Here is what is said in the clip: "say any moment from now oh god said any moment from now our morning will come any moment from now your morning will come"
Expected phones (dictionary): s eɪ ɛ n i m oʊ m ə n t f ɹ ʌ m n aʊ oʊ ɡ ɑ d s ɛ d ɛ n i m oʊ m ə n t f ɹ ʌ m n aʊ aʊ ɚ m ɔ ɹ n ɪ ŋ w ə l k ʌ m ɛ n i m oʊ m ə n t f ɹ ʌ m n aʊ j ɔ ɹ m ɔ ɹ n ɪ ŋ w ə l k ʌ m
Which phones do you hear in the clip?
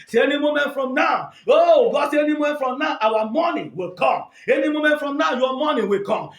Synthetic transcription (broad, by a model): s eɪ ɛ n i m oʊ m ə n t f ɹ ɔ m n aʊ oʊ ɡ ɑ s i ɛ n i m oʊ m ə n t f ɹ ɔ m n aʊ aʊ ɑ m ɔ n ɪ w ə l k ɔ m ɛ n i m oʊ m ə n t f ɹ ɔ m n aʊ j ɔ m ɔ n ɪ w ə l k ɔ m